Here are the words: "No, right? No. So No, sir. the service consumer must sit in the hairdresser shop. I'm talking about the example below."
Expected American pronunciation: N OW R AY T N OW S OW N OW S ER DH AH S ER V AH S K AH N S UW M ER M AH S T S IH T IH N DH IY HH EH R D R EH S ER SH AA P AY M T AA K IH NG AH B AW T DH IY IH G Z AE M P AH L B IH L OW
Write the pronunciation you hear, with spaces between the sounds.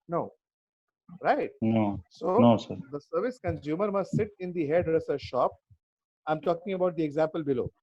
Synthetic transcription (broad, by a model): N OW R AY T N OW S OW N OW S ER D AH S ER V AH S K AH N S UW M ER M AH S T S IH T IH N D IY HH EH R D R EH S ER SH AA P AY M T AA K IH NG AH B AW T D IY IH G Z AE M P AH L B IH L OW